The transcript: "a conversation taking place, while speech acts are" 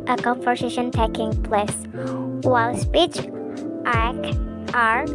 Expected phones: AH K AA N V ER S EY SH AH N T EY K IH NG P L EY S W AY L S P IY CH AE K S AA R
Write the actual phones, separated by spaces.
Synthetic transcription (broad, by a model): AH K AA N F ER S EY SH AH N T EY K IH NG P L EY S W AY L S P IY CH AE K AA R